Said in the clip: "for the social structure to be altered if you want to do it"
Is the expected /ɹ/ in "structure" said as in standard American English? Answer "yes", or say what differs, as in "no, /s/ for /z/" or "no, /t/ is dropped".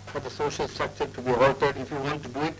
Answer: no, /ɹ/ is dropped